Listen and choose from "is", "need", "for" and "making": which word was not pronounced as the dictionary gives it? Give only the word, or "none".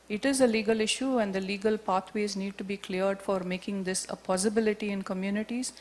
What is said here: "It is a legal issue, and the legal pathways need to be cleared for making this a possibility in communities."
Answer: none